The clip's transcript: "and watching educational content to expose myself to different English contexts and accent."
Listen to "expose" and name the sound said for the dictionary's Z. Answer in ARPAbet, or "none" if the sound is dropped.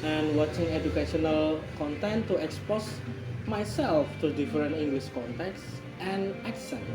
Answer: S